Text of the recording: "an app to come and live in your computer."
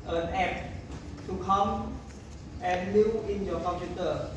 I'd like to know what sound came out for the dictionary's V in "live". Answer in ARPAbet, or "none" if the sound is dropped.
none